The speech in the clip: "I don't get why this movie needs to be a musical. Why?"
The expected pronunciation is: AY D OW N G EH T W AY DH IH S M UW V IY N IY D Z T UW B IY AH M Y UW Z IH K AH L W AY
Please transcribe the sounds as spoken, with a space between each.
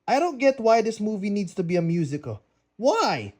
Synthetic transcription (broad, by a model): AY D OW N G EH T W AY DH IH S M UW V IY N IY D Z T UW B IY AH M Y UW Z IH K AH L W AY